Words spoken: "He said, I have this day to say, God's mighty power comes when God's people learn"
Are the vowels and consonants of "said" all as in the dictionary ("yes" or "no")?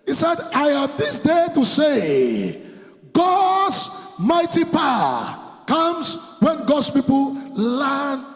yes